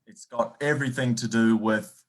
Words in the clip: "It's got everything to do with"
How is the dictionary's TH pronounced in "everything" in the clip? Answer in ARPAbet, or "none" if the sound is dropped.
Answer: TH